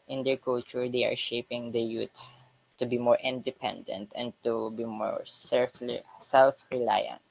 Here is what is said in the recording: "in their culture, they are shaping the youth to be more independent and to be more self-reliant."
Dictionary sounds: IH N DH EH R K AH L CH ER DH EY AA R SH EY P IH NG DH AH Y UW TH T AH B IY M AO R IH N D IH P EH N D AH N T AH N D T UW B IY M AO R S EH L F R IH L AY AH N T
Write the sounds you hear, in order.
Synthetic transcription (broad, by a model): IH N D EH R K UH L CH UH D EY AA R SH EY P IH NG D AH Y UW T T AH B IY M AO R IH N D IH P EH N D AH N T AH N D T UW B IY M AO R S EH L F R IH L AY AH N T